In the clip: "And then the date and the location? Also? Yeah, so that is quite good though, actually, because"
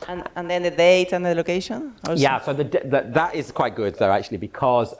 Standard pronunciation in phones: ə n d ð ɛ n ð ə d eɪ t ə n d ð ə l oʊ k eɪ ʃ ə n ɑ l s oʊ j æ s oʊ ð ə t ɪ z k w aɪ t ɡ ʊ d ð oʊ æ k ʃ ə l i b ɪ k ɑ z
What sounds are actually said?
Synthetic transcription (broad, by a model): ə n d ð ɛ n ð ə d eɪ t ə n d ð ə l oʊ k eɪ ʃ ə n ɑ s oʊ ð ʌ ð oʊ ð ə t ɪ z k w aɪ t ɡ ʊ d ð oʊ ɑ k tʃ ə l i b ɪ k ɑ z